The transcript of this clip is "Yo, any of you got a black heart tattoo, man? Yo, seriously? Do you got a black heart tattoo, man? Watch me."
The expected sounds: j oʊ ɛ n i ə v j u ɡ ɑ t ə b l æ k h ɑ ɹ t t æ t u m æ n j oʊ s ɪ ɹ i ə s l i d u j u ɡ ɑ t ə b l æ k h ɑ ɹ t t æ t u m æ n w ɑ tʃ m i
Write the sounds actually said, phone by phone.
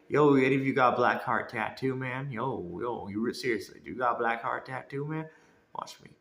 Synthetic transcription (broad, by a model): j oʊ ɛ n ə f j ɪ ɡ ɑ t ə b l æ k h ɑ ɹ t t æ t u m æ n j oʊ s ɪ ɹ i ə s l i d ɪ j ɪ ɡ ɑ t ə b l æ k h ɑ ɹ t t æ t u m æ n w ɑ tʃ m i